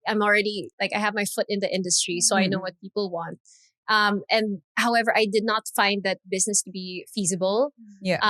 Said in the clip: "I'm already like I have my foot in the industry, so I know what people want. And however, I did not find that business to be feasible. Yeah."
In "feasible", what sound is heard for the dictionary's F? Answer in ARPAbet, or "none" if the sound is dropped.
F